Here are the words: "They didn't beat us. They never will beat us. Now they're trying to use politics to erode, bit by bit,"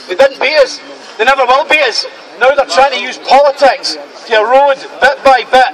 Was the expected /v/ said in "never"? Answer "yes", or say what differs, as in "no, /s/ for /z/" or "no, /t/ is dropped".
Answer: no, /b/ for /v/